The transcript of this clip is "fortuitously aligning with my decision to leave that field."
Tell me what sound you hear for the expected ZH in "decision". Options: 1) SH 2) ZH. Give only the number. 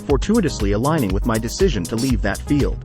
2